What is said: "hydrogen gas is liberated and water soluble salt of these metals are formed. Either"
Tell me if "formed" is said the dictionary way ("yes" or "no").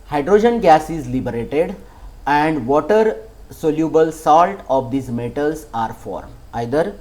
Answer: no